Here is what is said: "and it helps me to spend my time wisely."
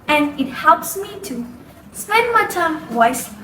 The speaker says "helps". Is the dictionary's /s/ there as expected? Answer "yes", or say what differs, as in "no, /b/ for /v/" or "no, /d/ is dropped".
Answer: yes